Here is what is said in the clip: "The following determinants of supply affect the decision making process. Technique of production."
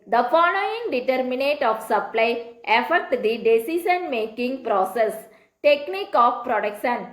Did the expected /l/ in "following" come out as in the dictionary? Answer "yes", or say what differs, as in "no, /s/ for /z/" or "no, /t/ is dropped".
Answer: no, /n/ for /l/